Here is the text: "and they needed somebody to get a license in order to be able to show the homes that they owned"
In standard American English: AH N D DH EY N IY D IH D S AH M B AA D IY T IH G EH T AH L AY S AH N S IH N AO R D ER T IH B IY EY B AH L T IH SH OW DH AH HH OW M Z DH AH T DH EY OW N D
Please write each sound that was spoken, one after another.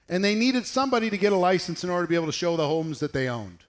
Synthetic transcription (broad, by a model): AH N DH EY N IY D IH D S AH M B AA D IY T IH G EH T AH L AY S N S IH N AO R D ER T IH B IY EY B L T IH SH OW DH AH HH OW M Z DH AH T DH EY OW N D